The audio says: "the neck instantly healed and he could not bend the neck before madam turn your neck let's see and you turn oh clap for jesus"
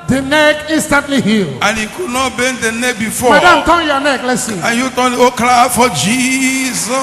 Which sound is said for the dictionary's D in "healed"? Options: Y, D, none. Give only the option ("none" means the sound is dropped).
none